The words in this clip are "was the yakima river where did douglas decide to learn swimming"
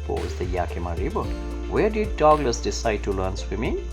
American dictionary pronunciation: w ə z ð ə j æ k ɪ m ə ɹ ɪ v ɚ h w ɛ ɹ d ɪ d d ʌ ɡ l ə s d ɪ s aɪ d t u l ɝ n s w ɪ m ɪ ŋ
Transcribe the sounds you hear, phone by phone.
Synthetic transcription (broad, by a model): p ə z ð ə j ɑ k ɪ m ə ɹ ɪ b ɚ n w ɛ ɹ d ɪ d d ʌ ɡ l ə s d ɪ s aɪ d t u l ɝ n s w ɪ m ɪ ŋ